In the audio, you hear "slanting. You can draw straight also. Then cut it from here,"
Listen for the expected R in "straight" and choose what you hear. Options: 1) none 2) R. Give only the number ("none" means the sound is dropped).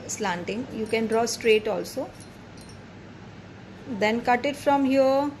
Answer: 2